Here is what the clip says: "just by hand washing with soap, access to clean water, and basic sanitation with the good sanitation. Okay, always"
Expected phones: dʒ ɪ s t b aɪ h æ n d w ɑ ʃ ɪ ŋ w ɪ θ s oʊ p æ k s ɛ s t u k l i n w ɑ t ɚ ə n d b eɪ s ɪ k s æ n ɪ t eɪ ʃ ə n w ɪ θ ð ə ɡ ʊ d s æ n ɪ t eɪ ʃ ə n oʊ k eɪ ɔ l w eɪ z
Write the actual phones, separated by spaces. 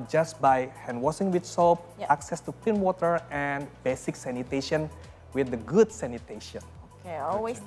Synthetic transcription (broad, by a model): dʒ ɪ s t b aɪ h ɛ n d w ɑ s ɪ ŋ w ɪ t s oʊ p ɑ k s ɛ s t u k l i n w ɑ t ɚ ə n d b eɪ s ɪ k s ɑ n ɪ t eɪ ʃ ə n w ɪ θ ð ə ɡ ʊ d s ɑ n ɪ t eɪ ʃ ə n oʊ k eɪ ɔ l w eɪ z